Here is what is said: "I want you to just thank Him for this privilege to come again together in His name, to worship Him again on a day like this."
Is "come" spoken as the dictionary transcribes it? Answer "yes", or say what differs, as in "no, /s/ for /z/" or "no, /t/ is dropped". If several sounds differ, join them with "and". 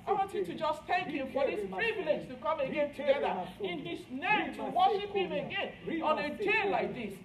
yes